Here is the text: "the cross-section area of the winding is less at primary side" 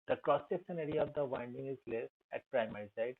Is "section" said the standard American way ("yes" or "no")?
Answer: no